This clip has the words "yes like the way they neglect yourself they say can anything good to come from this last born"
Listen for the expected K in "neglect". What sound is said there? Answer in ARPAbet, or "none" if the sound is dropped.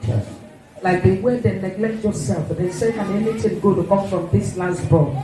K